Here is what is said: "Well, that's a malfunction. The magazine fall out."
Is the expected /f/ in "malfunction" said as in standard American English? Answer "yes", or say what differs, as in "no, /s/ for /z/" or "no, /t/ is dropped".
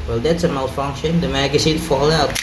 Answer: yes